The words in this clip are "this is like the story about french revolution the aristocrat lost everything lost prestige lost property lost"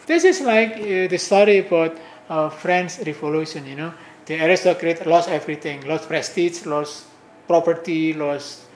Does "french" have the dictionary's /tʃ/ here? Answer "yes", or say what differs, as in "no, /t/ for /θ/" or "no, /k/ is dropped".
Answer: no, /s/ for /tʃ/